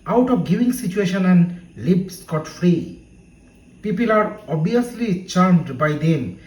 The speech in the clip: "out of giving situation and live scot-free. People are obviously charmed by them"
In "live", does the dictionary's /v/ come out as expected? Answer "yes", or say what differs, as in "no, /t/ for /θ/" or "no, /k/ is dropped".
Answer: no, /b/ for /v/